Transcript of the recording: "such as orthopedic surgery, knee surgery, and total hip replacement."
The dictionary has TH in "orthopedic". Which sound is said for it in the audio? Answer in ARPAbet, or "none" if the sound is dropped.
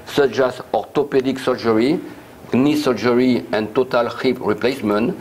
T